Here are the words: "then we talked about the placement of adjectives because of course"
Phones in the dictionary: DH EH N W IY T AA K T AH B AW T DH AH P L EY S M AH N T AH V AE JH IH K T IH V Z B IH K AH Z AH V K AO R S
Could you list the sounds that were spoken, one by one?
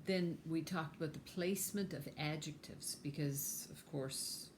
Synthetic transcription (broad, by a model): DH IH N W IY T AA K T AH B AW T DH AH P L EY S M AH N T AH V AE JH IH K T IH V Z B IH K AH Z AH V K AO R S